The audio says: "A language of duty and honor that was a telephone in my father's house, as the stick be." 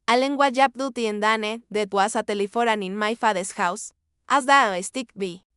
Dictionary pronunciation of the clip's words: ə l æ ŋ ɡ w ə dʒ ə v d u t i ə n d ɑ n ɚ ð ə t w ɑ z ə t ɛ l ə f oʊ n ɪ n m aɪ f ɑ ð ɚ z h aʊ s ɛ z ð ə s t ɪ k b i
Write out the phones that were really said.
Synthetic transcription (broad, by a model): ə l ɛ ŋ ɡ w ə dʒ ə p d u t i ə n d ɑ n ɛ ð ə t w ɑ s ə t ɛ l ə f oʊ n ɪ n m aɪ f ɑ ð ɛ s h aʊ s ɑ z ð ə s t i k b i